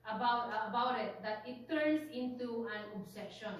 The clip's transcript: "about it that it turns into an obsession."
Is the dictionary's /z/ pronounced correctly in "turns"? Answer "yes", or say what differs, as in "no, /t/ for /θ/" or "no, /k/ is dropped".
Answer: no, /s/ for /z/